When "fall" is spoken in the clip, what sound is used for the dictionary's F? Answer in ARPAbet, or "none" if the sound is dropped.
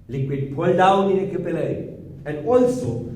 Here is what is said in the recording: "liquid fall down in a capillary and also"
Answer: P